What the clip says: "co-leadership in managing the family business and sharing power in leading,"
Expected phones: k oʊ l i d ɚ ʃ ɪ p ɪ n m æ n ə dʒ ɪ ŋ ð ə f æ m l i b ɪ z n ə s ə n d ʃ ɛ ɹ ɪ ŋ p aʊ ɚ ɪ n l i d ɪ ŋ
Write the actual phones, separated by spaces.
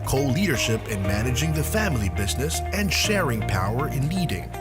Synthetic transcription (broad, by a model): k oʊ l i d ɚ ʃ ɪ p ɪ n m æ n ə dʒ ɪ ŋ ð ə f æ m l i b ɪ z n ə s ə n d ʃ ɛ ɹ ɪ ŋ p aʊ ɚ ɪ n l i d ɪ ŋ